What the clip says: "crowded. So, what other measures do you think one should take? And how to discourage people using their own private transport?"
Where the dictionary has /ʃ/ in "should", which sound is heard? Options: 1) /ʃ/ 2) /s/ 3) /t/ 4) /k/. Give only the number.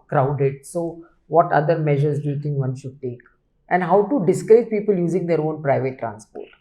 1